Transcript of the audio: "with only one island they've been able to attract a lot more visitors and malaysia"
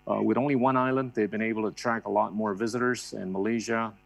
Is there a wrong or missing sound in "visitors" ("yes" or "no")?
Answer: no